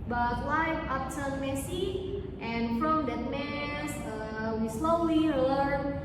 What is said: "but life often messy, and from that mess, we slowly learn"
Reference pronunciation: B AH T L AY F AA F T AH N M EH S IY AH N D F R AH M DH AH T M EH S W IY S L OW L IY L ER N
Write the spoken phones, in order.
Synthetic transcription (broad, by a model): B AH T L AY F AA P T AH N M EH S IY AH N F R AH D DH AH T M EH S W IY S L OW L IY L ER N